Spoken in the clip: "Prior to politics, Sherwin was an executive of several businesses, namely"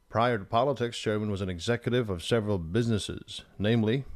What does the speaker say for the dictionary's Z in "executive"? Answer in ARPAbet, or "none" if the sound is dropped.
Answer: Z